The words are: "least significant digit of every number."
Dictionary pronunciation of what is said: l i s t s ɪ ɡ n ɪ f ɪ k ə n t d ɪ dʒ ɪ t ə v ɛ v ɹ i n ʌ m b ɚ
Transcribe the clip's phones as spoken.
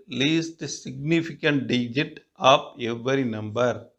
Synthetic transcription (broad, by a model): l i s t s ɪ ɡ n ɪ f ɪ k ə n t d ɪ dʒ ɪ t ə p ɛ v ɹ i n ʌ m b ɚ